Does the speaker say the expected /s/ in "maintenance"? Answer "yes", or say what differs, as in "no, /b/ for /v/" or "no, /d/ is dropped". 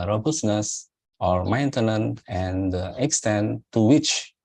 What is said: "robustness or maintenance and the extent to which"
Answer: no, /s/ is dropped